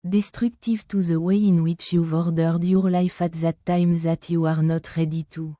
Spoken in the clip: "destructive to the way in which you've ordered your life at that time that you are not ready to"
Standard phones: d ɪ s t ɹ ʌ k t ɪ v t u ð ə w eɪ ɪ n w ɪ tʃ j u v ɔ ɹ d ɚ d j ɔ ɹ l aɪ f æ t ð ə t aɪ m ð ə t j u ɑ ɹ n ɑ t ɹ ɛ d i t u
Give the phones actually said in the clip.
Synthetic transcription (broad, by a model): d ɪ s t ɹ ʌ k t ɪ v t u ð ə w eɪ ɪ n w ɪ tʃ j u v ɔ ɹ d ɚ d j ɔ ɹ l aɪ f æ t ð ə t aɪ m ð ə t j u ɑ ɹ n ɑ t ɹ ɛ d i t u